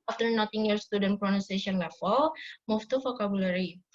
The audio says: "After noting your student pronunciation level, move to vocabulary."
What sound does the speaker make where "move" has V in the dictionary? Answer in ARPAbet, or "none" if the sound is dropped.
F